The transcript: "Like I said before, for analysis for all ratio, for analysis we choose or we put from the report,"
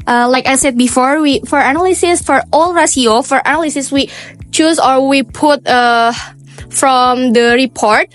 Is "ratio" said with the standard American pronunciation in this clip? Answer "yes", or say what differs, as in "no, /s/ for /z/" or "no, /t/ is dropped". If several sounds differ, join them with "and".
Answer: no, /s/ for /ʃ/